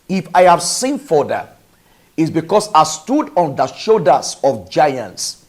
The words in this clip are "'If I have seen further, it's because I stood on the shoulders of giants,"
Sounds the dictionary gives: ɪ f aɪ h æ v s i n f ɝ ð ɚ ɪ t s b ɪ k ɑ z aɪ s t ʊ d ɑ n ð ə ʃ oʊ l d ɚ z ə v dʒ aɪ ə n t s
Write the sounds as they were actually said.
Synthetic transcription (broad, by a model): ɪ f aɪ h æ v s i n f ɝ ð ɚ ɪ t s b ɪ k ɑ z aɪ s t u d ɑ n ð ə ʃ oʊ d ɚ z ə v dʒ aɪ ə n t s